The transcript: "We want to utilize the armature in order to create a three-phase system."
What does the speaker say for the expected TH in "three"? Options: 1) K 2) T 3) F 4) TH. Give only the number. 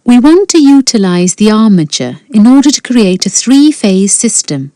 4